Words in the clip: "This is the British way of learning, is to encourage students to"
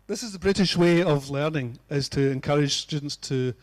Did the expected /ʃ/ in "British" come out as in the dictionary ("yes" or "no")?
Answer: yes